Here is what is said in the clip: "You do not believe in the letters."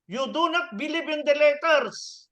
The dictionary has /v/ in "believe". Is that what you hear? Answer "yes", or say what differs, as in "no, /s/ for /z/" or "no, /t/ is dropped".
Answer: no, /b/ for /v/